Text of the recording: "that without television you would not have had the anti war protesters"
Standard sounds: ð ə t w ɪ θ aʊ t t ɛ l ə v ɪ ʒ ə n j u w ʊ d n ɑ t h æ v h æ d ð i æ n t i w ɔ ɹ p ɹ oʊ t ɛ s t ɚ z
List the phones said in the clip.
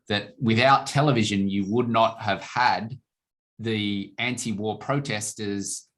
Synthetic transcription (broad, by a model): ð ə t w ɪ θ aʊ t t ɛ l ə v ɪ ʒ ə n j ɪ w ʊ d n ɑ t h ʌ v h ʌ d ð i æ n t i w ɔ ɹ p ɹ oʊ t ɛ s t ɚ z